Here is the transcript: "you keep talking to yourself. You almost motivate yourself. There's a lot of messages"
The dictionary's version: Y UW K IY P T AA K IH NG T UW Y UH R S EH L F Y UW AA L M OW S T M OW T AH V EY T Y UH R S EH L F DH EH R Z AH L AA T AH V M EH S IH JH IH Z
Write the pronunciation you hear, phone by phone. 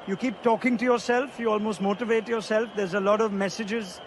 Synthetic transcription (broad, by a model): Y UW K IY P T AA K IH NG T UW Y UH R S EH L F Y UW AA L M OW S T M OW T AH V EY T Y UH R S EH L F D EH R Z AH L AA T AH V M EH S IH JH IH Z